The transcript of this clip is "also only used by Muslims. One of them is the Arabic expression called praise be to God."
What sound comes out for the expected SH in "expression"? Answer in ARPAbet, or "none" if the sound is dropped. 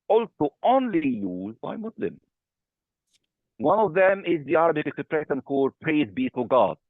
S